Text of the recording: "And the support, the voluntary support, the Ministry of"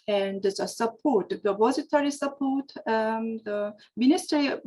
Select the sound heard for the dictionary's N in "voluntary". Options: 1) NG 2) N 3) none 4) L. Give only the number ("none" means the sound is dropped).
3